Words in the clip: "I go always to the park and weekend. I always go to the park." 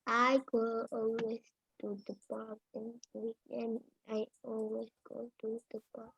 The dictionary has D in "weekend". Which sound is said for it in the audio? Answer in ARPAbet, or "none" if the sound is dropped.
none